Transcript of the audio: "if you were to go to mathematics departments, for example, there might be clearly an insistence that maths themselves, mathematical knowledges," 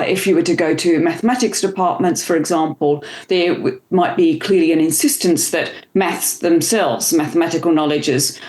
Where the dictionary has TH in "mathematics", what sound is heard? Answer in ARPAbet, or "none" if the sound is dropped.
TH